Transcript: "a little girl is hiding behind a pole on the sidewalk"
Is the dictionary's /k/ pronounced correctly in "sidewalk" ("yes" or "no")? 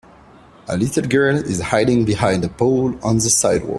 no